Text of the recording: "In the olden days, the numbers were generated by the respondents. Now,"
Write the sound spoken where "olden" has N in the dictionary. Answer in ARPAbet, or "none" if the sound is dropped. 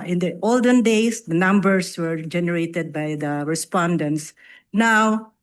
N